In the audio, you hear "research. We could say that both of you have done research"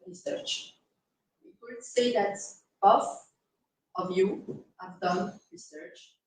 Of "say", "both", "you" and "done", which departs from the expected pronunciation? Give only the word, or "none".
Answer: both